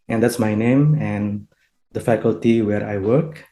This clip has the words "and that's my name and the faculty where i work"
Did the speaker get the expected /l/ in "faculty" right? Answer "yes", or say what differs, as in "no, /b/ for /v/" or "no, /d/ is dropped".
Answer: yes